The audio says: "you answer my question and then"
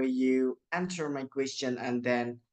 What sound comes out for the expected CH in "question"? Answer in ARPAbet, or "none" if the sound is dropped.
CH